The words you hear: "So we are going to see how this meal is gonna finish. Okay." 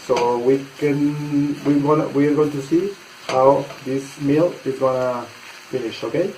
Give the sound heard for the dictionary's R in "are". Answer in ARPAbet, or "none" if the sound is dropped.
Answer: W